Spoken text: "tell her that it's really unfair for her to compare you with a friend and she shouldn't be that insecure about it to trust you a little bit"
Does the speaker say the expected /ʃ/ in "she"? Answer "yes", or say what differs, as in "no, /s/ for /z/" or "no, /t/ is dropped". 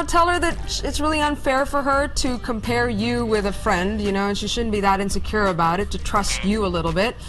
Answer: yes